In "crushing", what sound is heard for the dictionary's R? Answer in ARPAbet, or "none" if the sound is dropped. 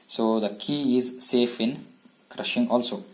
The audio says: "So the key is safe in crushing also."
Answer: R